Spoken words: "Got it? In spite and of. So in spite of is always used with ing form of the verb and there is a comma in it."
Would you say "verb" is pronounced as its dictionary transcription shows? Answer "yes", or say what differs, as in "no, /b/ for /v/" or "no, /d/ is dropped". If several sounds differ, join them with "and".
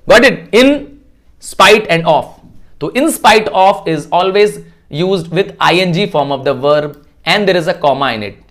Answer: yes